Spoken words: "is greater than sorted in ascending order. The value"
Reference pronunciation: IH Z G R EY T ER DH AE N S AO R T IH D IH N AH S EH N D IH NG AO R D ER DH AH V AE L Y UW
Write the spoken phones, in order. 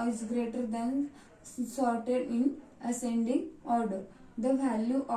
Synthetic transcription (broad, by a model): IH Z G R EY T ER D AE N S AO R T IH D IH N AH S EH N D IH NG AO R D ER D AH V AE L Y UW